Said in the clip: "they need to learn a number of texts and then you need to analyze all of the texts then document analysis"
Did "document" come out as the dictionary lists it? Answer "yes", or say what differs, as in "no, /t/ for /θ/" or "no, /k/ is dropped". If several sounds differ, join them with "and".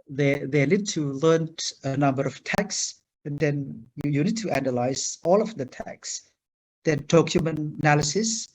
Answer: no, /t/ is dropped